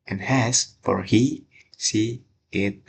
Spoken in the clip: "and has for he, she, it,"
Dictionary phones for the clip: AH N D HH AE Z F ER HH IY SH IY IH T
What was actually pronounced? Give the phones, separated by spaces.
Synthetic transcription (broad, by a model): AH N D HH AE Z F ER HH IY S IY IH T